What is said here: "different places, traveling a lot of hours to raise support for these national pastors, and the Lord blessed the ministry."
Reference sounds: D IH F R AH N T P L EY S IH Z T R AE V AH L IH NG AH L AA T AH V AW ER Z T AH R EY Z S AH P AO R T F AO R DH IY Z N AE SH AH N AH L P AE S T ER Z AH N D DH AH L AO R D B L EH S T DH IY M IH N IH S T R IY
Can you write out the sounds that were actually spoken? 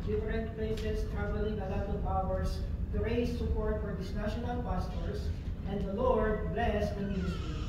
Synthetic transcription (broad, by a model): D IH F R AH N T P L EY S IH S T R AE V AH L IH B AH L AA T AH P AW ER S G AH R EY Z S AH P AO R T F AO R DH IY S N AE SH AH N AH L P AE S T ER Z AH N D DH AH L AO R D B L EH S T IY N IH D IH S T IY